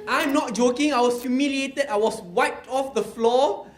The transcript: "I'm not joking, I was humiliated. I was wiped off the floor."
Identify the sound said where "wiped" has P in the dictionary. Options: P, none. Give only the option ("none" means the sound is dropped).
none